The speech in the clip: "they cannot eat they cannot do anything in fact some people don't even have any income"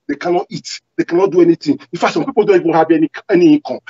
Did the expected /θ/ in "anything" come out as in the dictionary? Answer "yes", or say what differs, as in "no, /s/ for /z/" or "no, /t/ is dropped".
no, /t/ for /θ/